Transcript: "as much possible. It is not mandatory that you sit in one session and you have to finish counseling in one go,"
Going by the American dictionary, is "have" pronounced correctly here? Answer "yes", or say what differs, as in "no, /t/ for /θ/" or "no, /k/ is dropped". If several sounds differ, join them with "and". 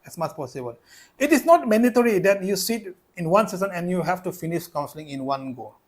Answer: no, /f/ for /v/